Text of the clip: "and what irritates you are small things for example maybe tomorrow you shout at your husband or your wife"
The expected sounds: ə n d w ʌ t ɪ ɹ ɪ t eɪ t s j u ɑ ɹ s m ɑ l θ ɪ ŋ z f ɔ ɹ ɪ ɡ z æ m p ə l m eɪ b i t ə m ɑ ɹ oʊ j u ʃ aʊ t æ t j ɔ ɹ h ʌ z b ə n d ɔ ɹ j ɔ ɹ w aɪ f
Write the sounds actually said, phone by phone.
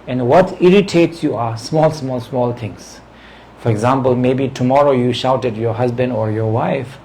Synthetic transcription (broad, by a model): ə n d w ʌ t ɪ ɹ ɪ t eɪ t s j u ɑ l s m ɑ l t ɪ ŋ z f ɔ ɹ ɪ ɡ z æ m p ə l m eɪ b i t ə m ɑ ɹ oʊ j u ʃ aʊ t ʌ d j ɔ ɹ h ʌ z b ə n d ɔ ɹ j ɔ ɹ w aɪ f